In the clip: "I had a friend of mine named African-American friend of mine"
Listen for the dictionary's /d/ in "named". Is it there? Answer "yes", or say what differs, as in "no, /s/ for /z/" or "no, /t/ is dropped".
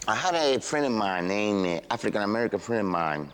no, /d/ is dropped